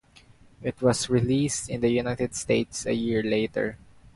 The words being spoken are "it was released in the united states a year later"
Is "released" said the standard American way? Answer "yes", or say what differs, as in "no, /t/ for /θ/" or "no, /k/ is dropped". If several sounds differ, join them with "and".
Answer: yes